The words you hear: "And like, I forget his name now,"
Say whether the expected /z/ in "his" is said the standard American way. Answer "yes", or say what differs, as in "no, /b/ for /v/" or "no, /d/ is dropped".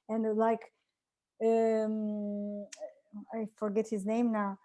yes